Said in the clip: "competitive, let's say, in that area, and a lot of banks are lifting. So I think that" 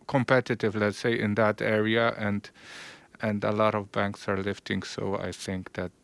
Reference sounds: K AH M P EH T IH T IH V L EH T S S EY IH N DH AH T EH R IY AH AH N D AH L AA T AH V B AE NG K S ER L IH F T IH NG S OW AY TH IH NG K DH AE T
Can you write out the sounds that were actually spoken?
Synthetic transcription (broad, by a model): K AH M P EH T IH T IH V L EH T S S EY IH N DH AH T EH R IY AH AH N D AH L AA T AH V B AE NG K S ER L IH F T IH NG S OW AY TH IH NG K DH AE T